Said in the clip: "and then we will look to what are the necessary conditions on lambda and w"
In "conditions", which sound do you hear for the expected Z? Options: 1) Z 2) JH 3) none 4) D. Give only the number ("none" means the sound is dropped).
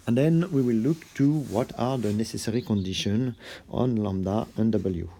3